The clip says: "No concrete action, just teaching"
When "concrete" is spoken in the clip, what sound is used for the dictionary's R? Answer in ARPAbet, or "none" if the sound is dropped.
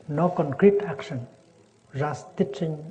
R